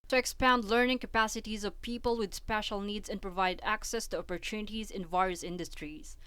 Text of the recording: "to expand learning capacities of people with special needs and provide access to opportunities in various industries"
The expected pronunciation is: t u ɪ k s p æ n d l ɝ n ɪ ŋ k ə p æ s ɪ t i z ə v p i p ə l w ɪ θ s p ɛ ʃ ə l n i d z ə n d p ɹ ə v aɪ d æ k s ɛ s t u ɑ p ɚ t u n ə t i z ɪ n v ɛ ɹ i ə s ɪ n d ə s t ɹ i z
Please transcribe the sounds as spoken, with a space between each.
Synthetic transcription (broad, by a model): t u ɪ k s p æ n d l ɝ n ɪ ŋ k ə p æ s ɪ t i z ə v p i p ə l w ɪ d s p ɛ ʃ ə l n i d z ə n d p ɹ ə v aɪ d æ k s ɛ s t u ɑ p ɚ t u n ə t i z ɪ n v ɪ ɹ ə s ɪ n d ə s t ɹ i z